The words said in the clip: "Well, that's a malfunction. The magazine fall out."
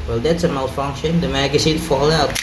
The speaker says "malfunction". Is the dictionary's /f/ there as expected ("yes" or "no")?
yes